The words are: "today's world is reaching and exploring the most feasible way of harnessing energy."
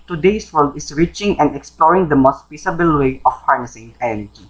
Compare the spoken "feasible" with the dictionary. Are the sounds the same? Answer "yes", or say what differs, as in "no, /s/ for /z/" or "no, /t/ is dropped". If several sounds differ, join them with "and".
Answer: no, /p/ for /f/ and /s/ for /z/